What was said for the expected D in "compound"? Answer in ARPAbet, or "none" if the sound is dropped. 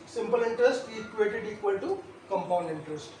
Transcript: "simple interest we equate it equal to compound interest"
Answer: D